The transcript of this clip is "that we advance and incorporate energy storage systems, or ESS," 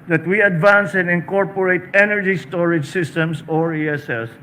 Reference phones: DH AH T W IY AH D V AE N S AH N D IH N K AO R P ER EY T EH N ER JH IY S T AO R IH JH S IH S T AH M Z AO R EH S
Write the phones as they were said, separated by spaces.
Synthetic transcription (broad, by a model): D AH T W IY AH D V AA N S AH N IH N K AO R P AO EY T EH N ER JH IY S T AO R IH JH S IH S T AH M S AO R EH S